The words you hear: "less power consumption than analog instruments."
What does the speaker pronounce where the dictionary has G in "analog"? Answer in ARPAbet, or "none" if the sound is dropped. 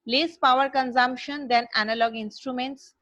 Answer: G